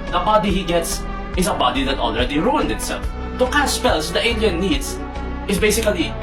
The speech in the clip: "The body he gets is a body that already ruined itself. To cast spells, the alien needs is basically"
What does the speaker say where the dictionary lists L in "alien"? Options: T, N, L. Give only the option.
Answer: N